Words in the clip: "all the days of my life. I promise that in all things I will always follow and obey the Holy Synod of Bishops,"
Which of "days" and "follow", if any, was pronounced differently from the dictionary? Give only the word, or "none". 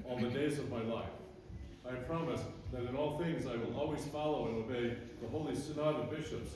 none